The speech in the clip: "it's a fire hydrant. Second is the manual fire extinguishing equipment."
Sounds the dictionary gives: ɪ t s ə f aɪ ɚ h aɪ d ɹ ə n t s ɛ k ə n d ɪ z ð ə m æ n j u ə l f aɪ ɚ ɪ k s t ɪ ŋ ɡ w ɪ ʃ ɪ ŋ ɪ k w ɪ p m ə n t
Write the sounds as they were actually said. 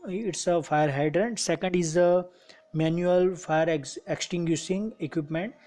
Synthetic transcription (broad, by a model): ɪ t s ə f aɪ ɚ h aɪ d ɹ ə n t s ɛ k ə n d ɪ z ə m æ n j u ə l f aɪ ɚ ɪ k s t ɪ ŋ ɡ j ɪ s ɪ ŋ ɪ k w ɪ p m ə n t